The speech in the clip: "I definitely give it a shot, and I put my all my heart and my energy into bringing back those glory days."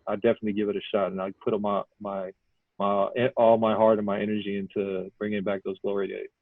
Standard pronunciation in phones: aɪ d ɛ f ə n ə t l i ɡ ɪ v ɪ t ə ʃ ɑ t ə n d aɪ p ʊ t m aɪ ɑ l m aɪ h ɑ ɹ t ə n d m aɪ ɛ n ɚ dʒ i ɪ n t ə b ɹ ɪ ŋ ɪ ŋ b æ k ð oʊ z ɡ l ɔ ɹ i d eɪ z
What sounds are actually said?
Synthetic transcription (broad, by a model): aɪ d ɛ f ə n ə t l i ɡ ɪ v ɪ t ə ʃ ɑ t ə n aɪ p ʊ t m aɪ ɑ l m aɪ h ɑ ɹ t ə n m aɪ ɛ n ɚ dʒ i ɪ n t ə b ɹ ɪ ŋ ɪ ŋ b æ k ð oʊ z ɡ l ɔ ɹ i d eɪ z